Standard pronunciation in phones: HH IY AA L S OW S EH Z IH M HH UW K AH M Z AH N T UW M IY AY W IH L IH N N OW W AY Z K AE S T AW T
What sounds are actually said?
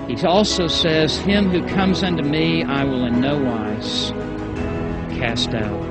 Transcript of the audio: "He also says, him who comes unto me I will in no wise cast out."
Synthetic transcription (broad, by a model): HH IY AA L S OW S EH Z IH M HH UW K AH M Z AH N T UW M IY AY W IH L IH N N OW W AY Z K AE S T AW T